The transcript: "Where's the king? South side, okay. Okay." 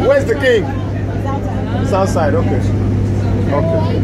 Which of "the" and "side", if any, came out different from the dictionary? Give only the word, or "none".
none